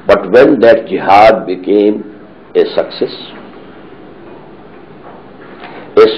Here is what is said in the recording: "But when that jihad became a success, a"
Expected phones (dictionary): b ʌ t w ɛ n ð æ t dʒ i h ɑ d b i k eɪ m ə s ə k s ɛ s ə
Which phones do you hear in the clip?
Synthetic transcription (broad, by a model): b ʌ t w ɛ n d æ t dʒ i h ɑ d b i k eɪ m ə s ə k s ɛ s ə